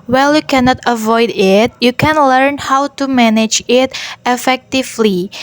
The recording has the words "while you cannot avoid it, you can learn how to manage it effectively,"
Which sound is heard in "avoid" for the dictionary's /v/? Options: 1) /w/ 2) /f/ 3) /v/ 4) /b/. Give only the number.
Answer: 3